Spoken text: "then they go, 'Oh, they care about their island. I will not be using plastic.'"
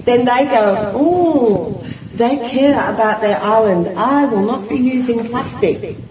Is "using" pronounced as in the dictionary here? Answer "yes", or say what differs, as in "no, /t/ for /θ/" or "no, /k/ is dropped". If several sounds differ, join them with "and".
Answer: yes